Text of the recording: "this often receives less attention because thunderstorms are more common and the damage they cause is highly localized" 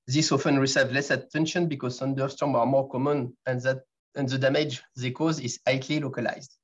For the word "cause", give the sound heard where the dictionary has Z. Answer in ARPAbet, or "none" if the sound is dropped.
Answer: Z